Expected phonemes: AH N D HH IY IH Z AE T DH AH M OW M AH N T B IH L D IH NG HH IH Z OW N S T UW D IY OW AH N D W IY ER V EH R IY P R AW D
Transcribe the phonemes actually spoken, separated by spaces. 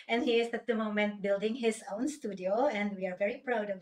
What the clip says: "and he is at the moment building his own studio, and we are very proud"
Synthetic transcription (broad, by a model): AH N HH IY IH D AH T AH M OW M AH N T B IH L D IH NG HH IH S OW N S T UW D IY OW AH N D W IY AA V EH R IY P R AW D